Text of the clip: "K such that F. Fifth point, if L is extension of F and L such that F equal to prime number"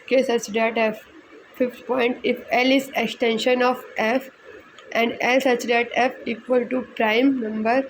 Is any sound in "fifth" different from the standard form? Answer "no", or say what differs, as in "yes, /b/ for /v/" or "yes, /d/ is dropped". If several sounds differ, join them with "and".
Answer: yes, /t/ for /θ/